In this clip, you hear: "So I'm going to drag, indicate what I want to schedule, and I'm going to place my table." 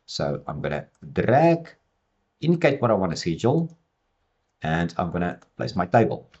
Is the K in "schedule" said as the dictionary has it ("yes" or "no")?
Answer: no